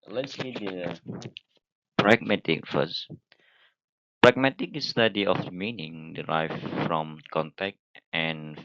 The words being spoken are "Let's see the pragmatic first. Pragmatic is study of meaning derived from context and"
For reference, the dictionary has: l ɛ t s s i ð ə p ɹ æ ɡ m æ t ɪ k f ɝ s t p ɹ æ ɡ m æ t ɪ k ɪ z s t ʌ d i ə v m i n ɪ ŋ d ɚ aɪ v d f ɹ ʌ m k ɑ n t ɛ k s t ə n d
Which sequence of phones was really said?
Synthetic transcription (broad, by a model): l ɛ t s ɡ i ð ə p ɹ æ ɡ m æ t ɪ k f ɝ s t p ɹ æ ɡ m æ t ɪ k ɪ s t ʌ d i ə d m i n ɪ ŋ d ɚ aɪ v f ɹ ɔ m k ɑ n t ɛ k t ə n